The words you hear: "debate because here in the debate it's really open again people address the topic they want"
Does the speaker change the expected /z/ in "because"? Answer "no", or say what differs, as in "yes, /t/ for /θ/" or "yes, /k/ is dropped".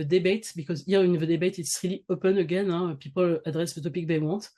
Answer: no